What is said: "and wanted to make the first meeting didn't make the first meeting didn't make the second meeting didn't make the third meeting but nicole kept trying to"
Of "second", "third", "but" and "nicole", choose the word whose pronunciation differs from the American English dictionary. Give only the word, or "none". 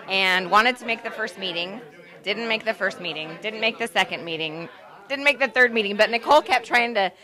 none